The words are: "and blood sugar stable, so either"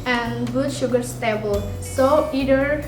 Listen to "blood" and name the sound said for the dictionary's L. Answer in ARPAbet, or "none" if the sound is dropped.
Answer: none